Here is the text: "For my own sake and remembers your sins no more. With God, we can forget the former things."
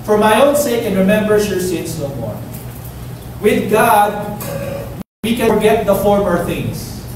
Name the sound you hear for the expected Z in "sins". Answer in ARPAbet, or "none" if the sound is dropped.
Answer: S